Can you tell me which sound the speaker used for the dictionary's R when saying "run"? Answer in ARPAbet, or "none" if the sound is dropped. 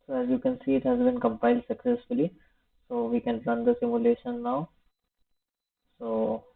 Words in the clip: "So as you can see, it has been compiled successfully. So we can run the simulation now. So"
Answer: L